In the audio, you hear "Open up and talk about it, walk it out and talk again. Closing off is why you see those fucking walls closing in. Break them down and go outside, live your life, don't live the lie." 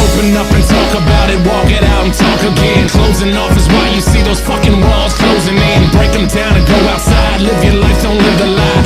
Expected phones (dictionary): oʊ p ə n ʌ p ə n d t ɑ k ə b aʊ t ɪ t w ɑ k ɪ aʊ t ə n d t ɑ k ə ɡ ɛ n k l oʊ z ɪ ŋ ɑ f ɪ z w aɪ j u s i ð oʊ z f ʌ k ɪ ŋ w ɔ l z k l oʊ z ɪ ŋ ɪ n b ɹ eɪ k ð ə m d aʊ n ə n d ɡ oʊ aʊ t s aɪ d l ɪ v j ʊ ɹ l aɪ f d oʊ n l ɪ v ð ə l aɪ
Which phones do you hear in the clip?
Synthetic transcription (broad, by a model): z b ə n ʌ f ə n t ɑ k ə b aʊ t ɪ t w ɑ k ɪ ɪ t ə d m t ɑ k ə ɡ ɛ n k l oʊ z ɪ ŋ ɑ f ɪ z w aɪ j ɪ s i ð oʊ z f ʌ k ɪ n w ɔ l z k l oʊ z ɪ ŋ ɪ n b ɹ eɪ k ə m d aʊ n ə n ɡ oʊ aʊ t s aɪ d l ɪ v j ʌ ɹ l aɪ f oʊ n l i ð ə l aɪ